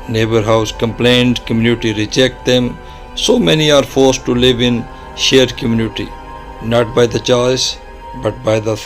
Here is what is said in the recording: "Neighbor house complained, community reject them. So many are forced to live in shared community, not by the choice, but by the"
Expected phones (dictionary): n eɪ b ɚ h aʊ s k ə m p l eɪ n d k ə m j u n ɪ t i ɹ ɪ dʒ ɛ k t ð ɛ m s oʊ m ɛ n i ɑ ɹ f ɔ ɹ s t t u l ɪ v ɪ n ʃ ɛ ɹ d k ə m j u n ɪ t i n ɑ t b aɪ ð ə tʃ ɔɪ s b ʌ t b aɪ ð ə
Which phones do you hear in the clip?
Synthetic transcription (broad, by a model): n eɪ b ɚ h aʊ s k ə m p l eɪ n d k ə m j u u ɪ t i ɹ ɪ dʒ ɛ k t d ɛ m s oʊ m ɛ n i ɑ ɹ f ɔ ɹ s t t u l ɪ v ɪ n ʃ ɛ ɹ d k ə m j u n ɪ t i n ɑ t b aɪ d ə tʃ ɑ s b ʌ t b aɪ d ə